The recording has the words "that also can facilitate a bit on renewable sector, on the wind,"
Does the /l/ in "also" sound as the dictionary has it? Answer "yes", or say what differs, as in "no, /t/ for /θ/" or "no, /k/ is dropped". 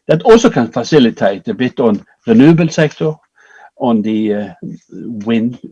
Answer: no, /l/ is dropped